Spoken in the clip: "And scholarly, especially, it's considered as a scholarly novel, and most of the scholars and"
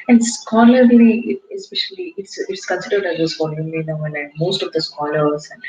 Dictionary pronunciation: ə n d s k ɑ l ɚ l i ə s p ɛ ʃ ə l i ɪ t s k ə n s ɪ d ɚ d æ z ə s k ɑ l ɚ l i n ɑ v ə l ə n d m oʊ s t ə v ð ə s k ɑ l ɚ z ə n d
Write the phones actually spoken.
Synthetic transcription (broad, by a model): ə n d s k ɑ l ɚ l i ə s p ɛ ʃ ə l i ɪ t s k ə n s ɪ d ɚ d æ z ə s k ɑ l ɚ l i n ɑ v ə n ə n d m oʊ s t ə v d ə s k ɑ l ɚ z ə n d